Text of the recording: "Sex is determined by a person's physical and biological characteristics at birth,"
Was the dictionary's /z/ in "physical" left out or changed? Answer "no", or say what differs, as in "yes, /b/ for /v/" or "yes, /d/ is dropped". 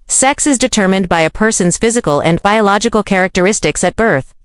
no